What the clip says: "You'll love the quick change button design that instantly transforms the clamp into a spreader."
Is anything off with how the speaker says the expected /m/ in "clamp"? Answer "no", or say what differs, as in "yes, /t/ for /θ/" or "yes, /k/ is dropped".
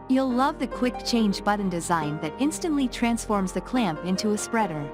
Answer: no